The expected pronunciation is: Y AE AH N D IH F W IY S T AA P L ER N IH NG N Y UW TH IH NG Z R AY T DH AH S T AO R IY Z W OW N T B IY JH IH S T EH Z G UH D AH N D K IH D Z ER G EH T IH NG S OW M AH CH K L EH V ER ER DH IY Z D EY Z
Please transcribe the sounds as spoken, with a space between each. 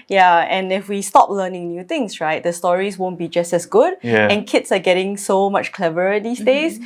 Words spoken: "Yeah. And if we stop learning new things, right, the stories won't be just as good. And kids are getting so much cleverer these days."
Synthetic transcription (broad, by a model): Y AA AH N IH F W IY S T AA P L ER N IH NG N Y UW T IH NG S R AY T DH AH S T AO R IY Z W OW N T B IY JH IH S T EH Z G UH D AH N K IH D S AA G EH T IH NG S OW M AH CH K L EH V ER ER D IY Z D EY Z